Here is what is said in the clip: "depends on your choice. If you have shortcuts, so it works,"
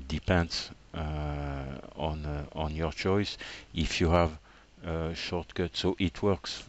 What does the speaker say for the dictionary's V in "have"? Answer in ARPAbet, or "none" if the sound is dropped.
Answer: V